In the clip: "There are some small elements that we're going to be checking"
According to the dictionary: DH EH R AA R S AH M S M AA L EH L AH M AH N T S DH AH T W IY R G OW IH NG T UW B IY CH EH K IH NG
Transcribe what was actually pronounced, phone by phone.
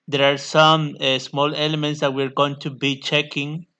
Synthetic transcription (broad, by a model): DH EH R AA R S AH M S M AA L EH L AH M AH N T S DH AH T W IY R G OW IH NG T UW B IY CH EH K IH NG